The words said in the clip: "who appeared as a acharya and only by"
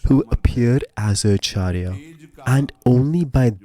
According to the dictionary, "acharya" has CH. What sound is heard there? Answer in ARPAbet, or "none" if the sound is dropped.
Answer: CH